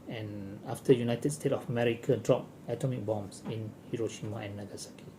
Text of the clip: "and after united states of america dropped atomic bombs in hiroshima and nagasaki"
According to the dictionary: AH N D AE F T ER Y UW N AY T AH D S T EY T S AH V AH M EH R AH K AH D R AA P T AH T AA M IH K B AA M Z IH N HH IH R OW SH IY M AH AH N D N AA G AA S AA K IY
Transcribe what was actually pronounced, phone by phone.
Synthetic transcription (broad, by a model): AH N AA F T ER Y UW N AY T AH D S T EY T AH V AH M EH R AH K AH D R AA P AH T AA M IH K B AA M S IH N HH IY R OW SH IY M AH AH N N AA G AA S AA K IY